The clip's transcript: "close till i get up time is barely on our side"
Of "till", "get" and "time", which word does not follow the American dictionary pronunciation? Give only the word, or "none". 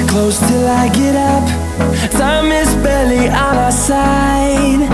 time